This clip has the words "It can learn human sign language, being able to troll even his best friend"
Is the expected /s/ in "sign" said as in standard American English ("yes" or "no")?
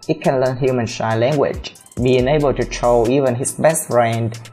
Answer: no